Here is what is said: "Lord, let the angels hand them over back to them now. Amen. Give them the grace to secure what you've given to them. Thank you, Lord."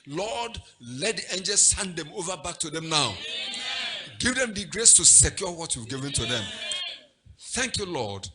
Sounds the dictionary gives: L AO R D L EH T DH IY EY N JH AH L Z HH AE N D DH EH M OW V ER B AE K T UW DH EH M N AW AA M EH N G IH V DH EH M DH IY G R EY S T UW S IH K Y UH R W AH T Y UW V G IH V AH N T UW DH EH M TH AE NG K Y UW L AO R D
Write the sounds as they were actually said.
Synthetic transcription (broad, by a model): L AO D L EH T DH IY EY N JH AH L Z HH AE N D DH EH M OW V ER B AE K T UW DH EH M N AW AA UH G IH V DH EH M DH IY G R EY S T UW S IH K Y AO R W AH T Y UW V G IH V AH N T UW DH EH M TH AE NG K Y UW L AO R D